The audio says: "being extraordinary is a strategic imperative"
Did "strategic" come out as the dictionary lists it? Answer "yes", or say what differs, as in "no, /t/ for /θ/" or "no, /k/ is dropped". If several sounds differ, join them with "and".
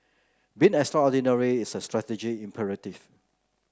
no, /k/ is dropped